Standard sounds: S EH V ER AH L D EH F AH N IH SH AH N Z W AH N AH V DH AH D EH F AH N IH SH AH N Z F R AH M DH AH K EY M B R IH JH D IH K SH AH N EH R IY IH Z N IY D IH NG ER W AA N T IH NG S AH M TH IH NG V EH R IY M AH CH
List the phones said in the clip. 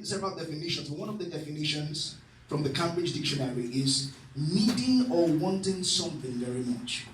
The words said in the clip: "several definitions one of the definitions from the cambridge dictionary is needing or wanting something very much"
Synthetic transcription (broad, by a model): S EH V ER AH L D EH F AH N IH SH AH N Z W AH N AH V DH AH D EH F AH N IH SH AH N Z F R AH M DH AH K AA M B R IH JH D IH K SH AH N EH R IY IH Z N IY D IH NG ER W AA N T IH NG S AH M TH IH NG V EH R IY M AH CH